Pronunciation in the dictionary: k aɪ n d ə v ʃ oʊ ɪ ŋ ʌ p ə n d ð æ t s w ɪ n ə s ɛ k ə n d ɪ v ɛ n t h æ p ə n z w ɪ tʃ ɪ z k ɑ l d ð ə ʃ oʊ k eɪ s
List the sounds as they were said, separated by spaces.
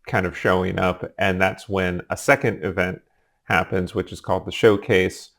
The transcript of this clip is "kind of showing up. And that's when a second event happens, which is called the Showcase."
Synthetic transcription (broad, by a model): k aɪ n d ə v ʃ oʊ ɪ ŋ ʌ p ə n ð æ t s w ɪ n ə s ɛ k ə n d ɪ v ɛ n t h æ p ə n z w ɪ tʃ ɪ z k ɑ l d ð ə ʃ oʊ k eɪ s